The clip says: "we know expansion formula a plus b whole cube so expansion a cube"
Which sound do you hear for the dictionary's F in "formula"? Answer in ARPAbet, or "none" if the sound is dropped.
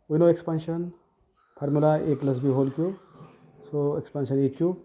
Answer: P